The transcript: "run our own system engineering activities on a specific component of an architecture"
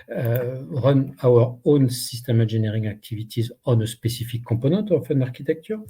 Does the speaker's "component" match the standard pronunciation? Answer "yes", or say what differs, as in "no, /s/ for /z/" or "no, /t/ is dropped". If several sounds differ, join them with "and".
no, /m/ is dropped and /n/ is dropped